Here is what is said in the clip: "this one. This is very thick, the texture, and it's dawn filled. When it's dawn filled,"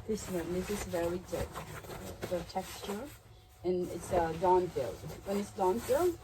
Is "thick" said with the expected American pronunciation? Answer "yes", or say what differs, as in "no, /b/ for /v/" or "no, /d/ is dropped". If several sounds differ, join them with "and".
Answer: no, /t/ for /θ/